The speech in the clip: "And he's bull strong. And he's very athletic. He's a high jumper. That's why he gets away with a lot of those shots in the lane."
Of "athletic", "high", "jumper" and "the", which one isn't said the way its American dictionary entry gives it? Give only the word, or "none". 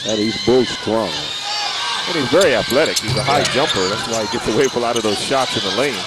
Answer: none